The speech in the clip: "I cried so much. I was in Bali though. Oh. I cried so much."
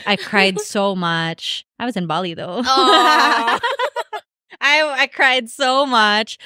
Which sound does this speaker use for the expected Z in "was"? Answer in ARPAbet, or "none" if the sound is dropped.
Z